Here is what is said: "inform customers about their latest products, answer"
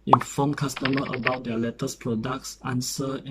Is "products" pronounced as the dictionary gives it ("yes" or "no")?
yes